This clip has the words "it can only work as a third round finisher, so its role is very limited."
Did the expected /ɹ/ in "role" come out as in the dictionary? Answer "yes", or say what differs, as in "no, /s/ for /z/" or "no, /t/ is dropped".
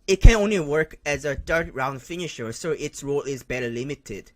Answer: yes